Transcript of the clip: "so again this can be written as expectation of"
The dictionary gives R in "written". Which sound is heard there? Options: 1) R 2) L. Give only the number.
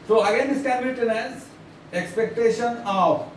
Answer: 2